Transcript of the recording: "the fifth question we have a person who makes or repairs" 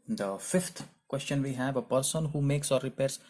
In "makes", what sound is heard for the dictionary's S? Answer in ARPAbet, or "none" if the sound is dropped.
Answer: S